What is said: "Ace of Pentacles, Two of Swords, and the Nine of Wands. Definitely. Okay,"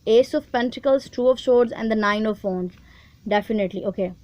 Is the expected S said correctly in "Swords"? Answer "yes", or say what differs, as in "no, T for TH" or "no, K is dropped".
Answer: no, SH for S